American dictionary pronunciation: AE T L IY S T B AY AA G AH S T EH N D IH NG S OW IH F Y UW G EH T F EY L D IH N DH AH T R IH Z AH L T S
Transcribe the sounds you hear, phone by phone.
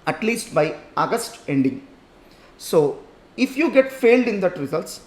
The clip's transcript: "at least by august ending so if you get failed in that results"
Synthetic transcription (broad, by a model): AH T L IY S T B AY AA G AH S T EH N D IH NG S OW IH F Y UW G EH T F EY L D IH N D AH T R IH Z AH L T S